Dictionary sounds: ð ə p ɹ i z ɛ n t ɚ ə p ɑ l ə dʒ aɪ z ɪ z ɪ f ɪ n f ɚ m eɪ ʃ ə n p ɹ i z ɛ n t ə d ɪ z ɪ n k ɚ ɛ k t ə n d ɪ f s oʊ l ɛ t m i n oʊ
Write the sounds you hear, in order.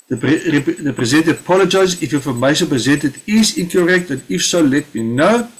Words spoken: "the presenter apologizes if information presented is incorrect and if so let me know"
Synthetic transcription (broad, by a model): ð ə p ɹ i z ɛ n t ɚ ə p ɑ l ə dʒ aɪ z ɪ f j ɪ f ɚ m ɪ s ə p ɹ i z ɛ n t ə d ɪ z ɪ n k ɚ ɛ k t ə n d ɪ f s oʊ l ɛ t m i n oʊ